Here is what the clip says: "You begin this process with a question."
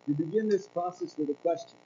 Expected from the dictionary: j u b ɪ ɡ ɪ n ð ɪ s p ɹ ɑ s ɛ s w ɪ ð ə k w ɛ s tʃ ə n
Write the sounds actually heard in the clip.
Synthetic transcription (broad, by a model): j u b ɪ ɡ ɪ n ð ɪ s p ɑ s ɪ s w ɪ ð ə k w ɛ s tʃ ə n